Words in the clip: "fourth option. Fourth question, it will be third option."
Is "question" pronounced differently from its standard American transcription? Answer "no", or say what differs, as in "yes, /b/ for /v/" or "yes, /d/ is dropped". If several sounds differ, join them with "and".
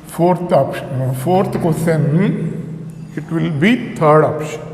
yes, /n/ is dropped